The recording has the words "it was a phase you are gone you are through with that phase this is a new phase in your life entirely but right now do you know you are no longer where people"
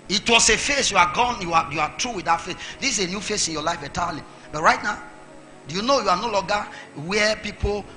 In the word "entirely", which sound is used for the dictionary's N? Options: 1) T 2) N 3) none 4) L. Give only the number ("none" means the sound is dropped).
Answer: 3